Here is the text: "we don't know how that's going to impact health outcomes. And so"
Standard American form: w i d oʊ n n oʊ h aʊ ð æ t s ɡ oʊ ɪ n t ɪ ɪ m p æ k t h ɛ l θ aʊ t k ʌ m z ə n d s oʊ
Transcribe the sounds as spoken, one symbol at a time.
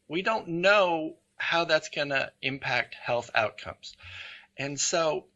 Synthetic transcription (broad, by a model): w i d oʊ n n oʊ h aʊ ð æ t s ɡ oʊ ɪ n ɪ ɪ m p æ k t h ɛ l θ aʊ t k ʌ m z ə n s oʊ